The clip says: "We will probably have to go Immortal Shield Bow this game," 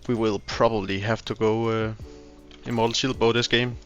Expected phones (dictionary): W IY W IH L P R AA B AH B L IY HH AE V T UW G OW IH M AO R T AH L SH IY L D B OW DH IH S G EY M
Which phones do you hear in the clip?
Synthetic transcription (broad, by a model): W IY W IH L P R AA B AH B L IY HH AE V T UW G OW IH IH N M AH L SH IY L B OW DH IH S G EY M